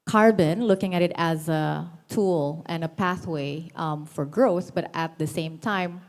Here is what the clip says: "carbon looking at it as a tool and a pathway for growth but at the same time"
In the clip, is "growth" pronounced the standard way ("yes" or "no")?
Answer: yes